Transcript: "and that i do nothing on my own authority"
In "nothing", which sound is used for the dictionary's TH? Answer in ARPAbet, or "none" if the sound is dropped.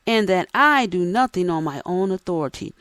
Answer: TH